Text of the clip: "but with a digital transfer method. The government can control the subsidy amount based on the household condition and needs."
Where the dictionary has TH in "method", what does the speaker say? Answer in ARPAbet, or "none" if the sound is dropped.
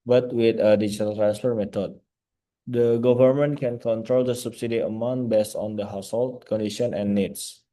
T